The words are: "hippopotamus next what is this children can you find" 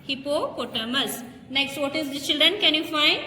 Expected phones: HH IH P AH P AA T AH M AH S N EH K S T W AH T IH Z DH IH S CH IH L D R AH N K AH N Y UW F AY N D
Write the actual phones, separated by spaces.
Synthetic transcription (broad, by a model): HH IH P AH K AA T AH M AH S N EH K S T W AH T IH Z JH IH CH IH L D R AH N K AH N Y UW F AY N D